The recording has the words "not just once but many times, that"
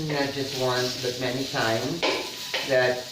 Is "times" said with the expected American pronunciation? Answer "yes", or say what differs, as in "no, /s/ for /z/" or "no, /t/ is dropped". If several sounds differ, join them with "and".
yes